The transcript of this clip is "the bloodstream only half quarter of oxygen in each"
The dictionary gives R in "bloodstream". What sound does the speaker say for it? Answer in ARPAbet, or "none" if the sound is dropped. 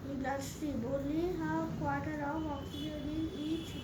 none